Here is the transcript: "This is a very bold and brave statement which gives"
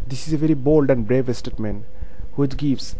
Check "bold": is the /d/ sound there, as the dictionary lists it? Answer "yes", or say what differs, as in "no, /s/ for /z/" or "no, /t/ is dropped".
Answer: yes